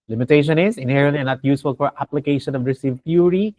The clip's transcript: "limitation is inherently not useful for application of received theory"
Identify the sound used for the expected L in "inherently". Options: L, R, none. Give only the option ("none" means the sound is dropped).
none